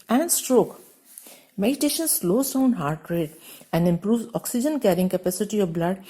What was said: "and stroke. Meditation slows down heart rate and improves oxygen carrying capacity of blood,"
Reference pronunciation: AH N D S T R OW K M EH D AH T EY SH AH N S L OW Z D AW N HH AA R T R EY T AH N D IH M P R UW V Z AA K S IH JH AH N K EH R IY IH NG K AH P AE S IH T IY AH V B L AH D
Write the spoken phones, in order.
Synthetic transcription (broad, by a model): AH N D S T R OW K M EH D AH T EY SH AH N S L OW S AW N HH AA R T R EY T AH N D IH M P R UW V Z AA K S IH JH AH N K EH R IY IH NG K AH P AE S IH T IY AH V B L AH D